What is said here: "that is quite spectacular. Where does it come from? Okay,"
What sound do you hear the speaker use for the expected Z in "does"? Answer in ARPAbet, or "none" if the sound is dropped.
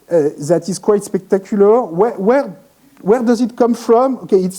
Z